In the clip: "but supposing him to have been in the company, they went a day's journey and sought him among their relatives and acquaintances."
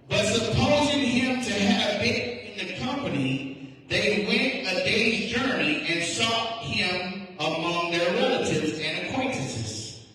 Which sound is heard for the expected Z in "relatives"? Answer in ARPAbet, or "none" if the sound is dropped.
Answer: Z